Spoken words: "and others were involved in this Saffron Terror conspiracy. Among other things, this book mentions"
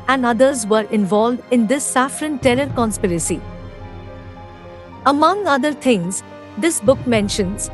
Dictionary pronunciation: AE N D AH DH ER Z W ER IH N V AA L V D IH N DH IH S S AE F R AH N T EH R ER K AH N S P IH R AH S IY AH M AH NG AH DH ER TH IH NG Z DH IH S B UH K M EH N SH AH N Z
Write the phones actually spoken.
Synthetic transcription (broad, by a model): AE N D AH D ER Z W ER IH N V AA L V D IH N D IH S S AE F R AH N T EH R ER K AH N S P IH R AH S IY AH M AH NG AH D ER T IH NG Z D IH S B UH K M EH N SH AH N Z